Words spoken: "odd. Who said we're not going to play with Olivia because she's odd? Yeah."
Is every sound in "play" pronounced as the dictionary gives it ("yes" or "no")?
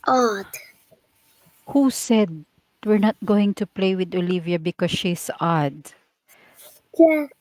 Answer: yes